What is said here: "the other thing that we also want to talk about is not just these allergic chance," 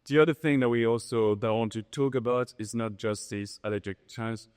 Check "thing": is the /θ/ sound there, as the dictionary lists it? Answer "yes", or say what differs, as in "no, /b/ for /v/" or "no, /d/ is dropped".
yes